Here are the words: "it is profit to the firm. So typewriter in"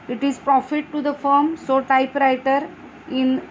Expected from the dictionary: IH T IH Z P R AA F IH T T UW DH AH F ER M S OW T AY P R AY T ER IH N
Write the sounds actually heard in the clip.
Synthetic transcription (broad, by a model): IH T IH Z P R AA F IH T T UW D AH F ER M S OW T AY P R AY T ER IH N